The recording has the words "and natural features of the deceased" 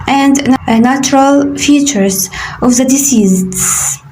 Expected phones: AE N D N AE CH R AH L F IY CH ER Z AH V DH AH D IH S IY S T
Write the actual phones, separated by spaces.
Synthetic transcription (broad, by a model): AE N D N AE CH R AH L F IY CH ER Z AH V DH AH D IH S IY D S